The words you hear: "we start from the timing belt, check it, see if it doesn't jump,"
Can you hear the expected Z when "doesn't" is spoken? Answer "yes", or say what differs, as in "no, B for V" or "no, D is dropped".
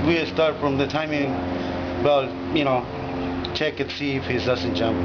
no, S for Z